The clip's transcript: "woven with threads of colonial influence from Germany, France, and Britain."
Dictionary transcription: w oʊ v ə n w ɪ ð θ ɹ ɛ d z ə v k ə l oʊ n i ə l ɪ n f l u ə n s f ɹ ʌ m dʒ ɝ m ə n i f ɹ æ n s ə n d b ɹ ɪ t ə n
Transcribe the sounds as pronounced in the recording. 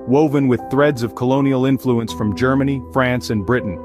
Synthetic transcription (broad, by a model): w oʊ v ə n w ɪ ð θ ɹ ɛ d z ə v k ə l oʊ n i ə l ɪ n f l u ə n s f ɹ ʌ m dʒ ɝ m ə n i f ɹ æ n s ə n b ɹ ɪ t n